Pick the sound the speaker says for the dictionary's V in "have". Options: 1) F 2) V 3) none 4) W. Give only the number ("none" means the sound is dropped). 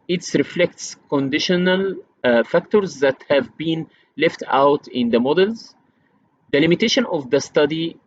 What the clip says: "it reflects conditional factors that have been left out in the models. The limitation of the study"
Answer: 2